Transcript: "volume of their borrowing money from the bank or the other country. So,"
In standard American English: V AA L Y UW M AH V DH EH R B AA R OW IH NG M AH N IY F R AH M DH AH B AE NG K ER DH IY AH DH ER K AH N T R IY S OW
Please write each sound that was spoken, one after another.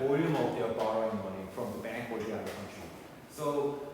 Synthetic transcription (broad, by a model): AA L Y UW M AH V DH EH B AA R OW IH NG M AH N IY F R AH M DH AH B AE NG K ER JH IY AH ER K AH N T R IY S OW